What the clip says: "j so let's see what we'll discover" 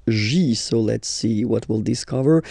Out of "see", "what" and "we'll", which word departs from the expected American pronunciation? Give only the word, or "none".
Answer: none